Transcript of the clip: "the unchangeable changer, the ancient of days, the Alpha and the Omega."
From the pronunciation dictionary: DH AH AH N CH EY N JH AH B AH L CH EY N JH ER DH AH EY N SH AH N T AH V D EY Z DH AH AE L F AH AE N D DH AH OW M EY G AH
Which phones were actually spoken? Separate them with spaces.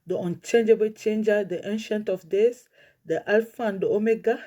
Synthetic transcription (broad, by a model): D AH AH N CH EY N JH AH B AH L CH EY N JH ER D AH EY N SH AH N T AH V D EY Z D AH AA L F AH N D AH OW M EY G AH